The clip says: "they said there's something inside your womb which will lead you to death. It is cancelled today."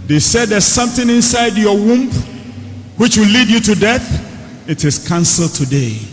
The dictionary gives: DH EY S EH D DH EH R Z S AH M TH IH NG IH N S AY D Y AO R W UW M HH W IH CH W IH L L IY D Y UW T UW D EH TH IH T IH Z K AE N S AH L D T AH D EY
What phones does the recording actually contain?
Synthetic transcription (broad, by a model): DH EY S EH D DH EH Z S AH M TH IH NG IH N S AY D Y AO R W UW M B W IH CH W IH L L IY D Y UW T UW D EH TH IH T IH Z K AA N S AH L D T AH D EY